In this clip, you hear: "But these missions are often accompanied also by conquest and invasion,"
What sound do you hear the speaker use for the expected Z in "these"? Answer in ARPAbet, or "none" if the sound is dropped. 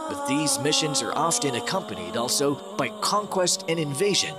Z